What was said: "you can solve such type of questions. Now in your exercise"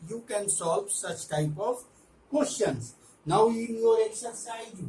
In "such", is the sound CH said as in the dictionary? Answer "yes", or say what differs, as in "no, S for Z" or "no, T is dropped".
yes